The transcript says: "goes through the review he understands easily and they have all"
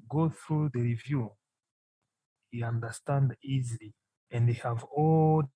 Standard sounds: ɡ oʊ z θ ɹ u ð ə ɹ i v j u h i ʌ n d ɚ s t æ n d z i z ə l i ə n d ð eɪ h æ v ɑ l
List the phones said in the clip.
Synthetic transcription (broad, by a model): ɡ oʊ θ ɹ u ð ə ɹ i v j u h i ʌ n d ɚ s t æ n d i z ə l i ə n d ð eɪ h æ v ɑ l